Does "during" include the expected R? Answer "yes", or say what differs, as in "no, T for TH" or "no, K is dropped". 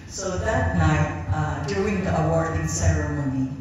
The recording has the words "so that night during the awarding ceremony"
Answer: no, R is dropped